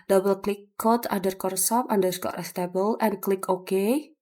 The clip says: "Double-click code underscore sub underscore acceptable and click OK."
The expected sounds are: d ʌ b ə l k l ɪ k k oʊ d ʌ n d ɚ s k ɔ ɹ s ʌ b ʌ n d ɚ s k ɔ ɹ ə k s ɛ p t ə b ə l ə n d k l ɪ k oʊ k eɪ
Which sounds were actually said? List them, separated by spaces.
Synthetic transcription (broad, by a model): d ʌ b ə l k l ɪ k k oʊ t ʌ d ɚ k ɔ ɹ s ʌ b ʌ n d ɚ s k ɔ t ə s t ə b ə l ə n k l ɪ k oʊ k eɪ